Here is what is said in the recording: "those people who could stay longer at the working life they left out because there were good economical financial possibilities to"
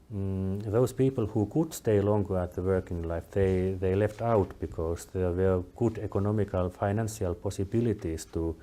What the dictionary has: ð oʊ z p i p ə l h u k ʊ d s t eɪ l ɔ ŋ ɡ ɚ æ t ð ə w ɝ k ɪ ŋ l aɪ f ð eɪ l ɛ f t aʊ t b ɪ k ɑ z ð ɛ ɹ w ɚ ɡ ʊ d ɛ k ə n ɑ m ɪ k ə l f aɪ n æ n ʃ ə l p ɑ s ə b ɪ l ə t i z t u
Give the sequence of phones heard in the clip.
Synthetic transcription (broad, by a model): ð oʊ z p i p ə l h u k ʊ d s t eɪ l ɔ ŋ ɡ ɚ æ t ð ə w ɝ k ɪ ŋ l aɪ f ð eɪ l ɛ f t aʊ t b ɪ k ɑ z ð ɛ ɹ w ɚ ɡ ʊ d ɛ k ə n ɑ m ɪ k ə l f aɪ n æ n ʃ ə l p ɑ s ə b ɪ l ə t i s t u